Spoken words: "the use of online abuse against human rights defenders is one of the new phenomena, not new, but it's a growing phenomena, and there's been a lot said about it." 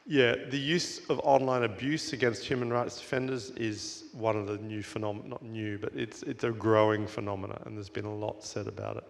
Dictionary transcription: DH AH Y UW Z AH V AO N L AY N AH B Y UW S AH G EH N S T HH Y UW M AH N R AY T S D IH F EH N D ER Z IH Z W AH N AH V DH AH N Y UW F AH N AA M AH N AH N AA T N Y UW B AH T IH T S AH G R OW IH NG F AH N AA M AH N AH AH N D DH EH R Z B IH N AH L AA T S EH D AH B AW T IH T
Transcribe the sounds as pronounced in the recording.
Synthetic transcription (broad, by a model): DH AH Y UW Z AH V AO N L AY N AH B Y UW S AH G EH N S T HH Y UW M AH N R AY T S D IH F EH N D ER Z IH Z W AH N AH V DH AH N Y UW F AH N AA M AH N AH T N Y UW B AH T IH T S AH G R OW IH NG F AH N AA M AH N AH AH N DH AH R Z B IH N AH L AA T S EH D AH B AW T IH T